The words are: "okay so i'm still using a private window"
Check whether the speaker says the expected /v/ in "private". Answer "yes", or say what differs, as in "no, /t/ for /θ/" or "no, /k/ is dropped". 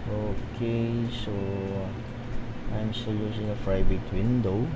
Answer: no, /b/ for /v/